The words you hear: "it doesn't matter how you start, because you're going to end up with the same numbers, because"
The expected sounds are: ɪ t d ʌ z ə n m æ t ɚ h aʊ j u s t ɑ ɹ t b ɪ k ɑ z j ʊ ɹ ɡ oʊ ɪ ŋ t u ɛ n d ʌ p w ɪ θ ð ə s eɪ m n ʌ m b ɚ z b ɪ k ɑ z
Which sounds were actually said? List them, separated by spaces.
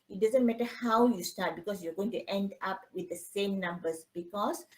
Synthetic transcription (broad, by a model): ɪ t d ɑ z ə n m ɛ t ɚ h aʊ j u s t ɑ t b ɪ k ɑ s j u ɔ ɡ oʊ ɪ ŋ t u ɛ n d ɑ p w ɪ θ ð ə s eɪ m n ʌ m b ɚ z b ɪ k ɑ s